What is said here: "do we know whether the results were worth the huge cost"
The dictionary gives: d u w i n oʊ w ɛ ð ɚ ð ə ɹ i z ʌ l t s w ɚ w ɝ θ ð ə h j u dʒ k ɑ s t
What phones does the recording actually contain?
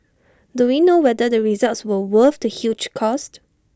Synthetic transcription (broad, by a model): d u w i n oʊ w ɛ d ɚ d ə ɹ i z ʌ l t s w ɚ w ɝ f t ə h j u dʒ k ɑ s t